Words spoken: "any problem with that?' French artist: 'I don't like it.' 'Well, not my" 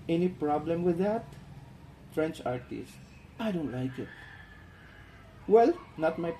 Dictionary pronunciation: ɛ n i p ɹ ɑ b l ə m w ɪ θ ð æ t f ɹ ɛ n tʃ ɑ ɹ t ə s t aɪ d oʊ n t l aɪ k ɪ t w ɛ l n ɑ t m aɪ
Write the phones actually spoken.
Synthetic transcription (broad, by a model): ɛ n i p ɹ ɑ b l ə m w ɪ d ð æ t f ɹ ɛ n tʃ ɑ ɹ t ə s t aɪ d oʊ n t l aɪ k ɪ t w ɛ l n ɑ t m aɪ